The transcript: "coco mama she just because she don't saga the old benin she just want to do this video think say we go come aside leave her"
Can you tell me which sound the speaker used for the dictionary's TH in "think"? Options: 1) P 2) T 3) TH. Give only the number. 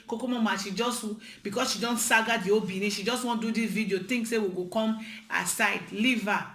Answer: 2